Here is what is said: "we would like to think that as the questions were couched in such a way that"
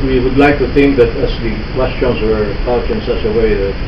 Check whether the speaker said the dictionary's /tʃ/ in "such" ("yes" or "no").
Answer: no